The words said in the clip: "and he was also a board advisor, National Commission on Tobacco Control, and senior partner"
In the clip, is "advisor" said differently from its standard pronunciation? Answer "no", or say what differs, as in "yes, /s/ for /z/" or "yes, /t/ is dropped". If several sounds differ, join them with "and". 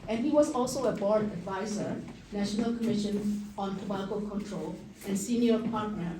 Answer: no